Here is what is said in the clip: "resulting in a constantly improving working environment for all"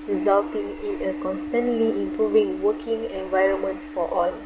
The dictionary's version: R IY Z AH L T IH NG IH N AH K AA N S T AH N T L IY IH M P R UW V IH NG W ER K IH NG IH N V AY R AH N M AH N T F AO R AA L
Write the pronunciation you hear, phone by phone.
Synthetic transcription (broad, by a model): R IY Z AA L T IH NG IH N AH K AA N S T AH N T L IY IH M P R UW V IH NG W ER K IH NG IH N V AY R AH N M AH N T F AO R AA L